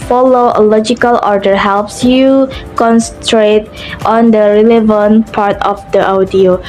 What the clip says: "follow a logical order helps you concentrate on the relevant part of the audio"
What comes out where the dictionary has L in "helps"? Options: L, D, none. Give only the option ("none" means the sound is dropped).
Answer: L